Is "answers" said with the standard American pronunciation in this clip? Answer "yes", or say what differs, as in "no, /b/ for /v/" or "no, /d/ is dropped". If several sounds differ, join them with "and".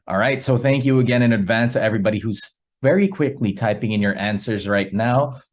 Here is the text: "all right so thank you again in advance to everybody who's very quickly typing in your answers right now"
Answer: yes